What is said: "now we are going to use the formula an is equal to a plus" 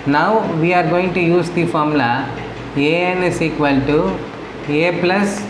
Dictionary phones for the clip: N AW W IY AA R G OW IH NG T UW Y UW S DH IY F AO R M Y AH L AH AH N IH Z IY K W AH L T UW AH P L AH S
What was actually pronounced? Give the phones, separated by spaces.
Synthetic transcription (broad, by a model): N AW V IY AA R G OW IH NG T UW Y UW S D IY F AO R M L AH AH AH N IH S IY K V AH L T UW AH P L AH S